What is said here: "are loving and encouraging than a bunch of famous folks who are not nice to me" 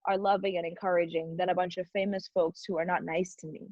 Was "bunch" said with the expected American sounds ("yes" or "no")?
yes